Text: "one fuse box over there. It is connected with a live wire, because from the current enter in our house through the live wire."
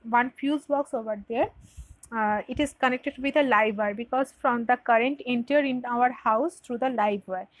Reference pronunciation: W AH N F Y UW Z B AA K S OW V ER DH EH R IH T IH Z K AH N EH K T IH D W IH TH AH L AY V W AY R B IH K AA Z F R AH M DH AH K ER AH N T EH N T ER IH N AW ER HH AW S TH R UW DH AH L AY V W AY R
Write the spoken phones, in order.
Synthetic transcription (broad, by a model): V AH N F Y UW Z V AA K S OW V ER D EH R IH T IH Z K AH N EH K T IH D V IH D AH L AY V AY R B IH K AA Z F R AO M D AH K ER AH N T EH N T ER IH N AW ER HH AW S T R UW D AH L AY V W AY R